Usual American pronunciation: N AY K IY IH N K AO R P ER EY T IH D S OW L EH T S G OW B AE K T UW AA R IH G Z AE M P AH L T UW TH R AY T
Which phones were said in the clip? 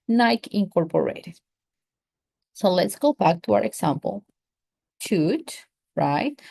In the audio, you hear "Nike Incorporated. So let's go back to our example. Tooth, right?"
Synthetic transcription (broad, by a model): N AY K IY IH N K AO R P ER EY T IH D S OW L EH T S G OW B AE K T UW AA R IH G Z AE M P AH L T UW T R AY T